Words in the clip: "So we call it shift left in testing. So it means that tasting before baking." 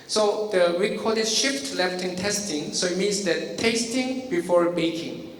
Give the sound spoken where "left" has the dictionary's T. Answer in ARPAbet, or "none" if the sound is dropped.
T